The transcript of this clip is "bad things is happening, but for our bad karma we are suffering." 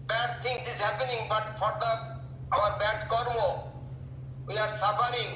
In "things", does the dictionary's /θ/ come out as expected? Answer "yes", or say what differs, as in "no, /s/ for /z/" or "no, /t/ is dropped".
no, /t/ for /θ/